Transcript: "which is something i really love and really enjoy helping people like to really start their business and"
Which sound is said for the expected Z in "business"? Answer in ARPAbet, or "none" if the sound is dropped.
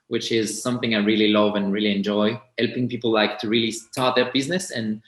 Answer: Z